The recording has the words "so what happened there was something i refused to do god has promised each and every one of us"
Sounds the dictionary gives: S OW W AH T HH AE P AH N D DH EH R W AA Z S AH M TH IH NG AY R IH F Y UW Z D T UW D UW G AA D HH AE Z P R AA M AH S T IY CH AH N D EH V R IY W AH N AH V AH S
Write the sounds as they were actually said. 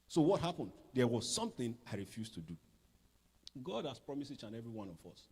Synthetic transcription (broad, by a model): S OW W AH T HH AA P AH N D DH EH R W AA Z S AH M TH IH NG AY R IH F Y UW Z T UW D UW G AA D HH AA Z P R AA M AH S IY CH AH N EH V R IY W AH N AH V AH S